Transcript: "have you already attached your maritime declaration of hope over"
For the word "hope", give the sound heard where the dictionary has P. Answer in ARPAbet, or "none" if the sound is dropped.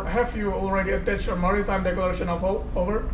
none